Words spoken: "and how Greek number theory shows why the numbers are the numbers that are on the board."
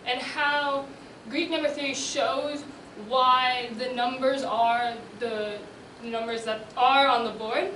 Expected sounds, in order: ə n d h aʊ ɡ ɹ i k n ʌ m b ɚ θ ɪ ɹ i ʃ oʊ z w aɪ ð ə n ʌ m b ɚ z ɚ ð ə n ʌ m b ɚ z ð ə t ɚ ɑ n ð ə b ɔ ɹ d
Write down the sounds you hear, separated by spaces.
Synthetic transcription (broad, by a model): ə n h aʊ ɡ ɹ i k n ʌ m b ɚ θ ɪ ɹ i ʃ oʊ z w aɪ ð ə n ʌ m b ɚ z ɚ ð ə n ʌ m b ɚ z ð ə t ɚ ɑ n ð ə b ɔ ɹ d